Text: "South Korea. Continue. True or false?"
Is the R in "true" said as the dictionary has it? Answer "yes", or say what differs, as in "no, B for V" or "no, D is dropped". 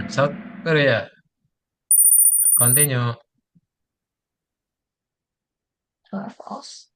no, R is dropped